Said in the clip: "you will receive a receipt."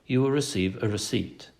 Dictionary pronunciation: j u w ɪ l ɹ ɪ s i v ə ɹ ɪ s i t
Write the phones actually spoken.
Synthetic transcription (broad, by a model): j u w ɪ l ɹ ɪ s i v ə ɹ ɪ s i t